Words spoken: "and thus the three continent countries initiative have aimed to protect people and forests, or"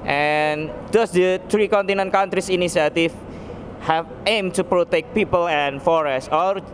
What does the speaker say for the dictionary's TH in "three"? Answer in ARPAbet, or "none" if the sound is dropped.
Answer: T